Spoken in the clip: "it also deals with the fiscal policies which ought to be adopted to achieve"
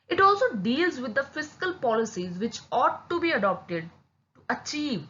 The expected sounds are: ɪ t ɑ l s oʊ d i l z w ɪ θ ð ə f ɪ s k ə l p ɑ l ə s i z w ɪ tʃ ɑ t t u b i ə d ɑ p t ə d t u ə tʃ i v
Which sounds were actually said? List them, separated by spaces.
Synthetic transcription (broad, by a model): ɪ t ɑ l s oʊ d i l z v ɪ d ə f ɪ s k ə l p ɑ l ə s i z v ɪ tʃ ɑ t t u b i ə d ɑ p t ə d t u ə tʃ i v